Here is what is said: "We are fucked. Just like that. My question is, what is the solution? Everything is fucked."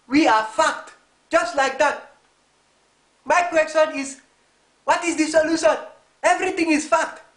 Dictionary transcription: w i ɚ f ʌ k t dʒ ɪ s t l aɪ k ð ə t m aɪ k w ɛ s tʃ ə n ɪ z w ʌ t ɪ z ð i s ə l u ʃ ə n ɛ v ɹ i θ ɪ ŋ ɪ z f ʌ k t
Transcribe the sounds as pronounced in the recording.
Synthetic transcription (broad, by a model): w i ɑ f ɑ k t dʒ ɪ s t l aɪ k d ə t m aɪ k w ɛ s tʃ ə n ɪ s w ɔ t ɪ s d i s ə l u ʃ ə n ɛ v ɹ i t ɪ ŋ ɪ s f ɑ k t